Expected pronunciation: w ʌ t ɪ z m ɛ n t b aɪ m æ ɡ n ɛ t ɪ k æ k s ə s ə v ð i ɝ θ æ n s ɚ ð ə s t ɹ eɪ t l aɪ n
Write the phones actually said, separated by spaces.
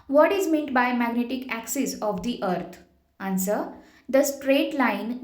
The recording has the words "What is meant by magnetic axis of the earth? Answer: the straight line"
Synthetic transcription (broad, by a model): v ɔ t ɪ z m ɛ n t b aɪ m æ ɡ n ɛ t ɪ k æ k s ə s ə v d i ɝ t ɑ n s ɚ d ə s t ɹ eɪ t l aɪ n